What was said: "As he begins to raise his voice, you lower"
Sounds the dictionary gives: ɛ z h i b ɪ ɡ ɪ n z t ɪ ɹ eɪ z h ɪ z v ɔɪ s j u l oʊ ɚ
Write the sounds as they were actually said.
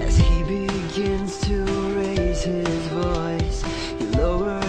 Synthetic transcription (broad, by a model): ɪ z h i b ɪ ɡ ɪ n z t ɪ ɹ eɪ z h ɪ z v ɔɪ s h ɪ l oʊ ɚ